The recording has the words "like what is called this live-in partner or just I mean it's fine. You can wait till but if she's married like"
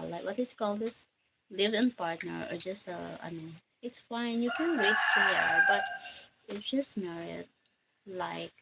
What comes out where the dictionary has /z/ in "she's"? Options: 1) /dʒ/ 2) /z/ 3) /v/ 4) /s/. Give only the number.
4